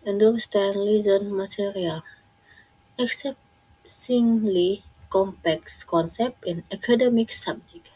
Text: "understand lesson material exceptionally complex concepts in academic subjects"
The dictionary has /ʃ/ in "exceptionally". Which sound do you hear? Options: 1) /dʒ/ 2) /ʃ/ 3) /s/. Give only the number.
3